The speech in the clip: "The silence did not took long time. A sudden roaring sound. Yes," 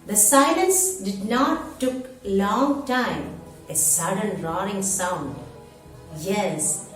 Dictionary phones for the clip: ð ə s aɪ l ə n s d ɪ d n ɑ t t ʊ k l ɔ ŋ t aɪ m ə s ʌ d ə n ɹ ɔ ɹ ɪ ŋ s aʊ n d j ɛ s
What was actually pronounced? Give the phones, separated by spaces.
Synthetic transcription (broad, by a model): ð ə s aɪ l ə n s d ɪ d n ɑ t t ʊ k l ɔ ŋ t aɪ m ə s ʌ d ə n ɹ ɔ ɹ ɪ ŋ s aʊ n d j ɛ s